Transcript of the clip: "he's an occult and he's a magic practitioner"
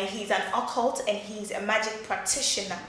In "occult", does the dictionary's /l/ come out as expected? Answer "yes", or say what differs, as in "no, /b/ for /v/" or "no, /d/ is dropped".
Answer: yes